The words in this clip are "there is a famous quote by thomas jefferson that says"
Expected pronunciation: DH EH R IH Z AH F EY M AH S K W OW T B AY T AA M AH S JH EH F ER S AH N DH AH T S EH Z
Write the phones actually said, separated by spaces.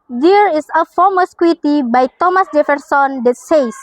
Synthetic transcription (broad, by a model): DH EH R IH S AH F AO M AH S K W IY T B AY T AA M AH S JH EH F ER S AH N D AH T S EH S